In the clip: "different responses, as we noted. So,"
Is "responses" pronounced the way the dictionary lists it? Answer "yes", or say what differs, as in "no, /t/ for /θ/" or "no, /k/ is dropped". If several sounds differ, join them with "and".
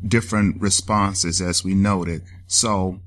yes